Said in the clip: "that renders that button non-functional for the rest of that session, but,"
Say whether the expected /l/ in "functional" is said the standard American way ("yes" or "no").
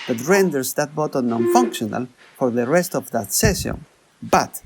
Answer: yes